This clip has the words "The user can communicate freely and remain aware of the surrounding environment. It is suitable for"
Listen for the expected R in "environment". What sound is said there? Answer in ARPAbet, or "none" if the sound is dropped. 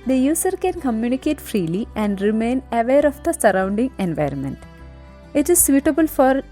R